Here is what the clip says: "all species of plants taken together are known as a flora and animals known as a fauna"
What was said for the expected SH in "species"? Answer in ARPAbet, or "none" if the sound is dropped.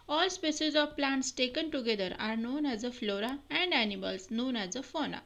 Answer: S